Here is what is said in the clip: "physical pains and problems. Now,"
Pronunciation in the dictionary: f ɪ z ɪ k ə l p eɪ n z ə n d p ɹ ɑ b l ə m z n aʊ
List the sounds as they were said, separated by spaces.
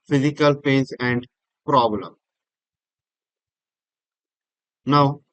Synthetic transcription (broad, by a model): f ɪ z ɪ k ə l p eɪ n s ə n d p ɹ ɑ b l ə m n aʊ